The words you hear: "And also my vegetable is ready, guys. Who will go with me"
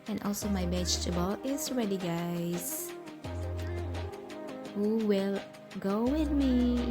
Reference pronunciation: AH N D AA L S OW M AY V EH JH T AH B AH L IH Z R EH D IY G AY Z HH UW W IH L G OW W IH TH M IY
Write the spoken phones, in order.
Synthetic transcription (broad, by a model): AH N AA L S OW M AY B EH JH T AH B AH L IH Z R EH D IY G AY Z HH UW W IH L G OW W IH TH M IY